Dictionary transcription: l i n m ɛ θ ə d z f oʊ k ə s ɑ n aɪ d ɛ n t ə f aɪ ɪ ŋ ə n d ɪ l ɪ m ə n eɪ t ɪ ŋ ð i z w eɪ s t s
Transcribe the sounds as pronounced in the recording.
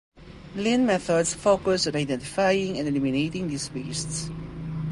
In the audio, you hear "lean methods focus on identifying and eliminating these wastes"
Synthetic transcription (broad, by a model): l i n m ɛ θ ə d s f oʊ k ə s ɑ n aɪ d ɛ n t ə f aɪ ɪ ŋ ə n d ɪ l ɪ m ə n eɪ t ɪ ŋ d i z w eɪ s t s